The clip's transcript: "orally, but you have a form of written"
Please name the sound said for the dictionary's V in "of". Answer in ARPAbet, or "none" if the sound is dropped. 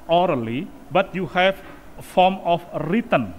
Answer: F